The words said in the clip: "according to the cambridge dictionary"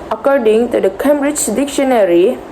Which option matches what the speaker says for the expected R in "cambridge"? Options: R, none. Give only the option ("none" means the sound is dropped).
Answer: R